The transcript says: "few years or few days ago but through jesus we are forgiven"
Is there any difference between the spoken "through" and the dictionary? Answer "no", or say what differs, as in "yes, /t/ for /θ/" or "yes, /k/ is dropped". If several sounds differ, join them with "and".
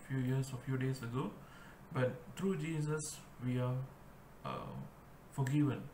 yes, /t/ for /θ/